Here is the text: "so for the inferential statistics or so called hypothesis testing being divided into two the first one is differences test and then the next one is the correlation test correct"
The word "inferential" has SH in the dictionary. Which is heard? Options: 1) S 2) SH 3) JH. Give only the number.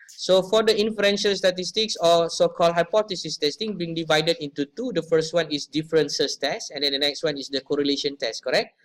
2